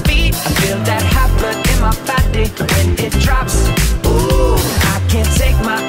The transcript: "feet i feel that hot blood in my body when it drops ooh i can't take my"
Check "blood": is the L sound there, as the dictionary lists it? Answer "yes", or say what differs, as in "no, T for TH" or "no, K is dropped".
no, L is dropped